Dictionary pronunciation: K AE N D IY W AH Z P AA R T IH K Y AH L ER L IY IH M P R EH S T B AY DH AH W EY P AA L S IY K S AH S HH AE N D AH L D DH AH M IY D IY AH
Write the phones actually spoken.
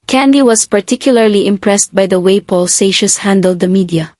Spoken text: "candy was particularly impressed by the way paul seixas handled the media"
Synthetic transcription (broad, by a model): K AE N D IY W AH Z P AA R T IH K Y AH L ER L IY IH M P R EH S T B AY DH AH W EY P AA L S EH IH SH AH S HH AE N D AH L D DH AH M IY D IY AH